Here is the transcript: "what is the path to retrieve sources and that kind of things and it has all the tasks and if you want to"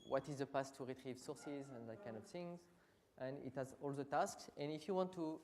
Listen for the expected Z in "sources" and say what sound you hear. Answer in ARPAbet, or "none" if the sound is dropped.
Z